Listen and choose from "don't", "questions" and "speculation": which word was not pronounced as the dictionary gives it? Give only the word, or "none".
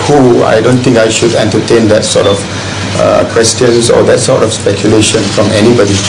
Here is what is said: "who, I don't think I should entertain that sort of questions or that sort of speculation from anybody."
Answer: questions